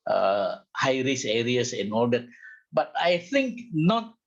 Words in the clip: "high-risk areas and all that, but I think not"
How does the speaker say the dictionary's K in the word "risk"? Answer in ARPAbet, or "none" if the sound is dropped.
none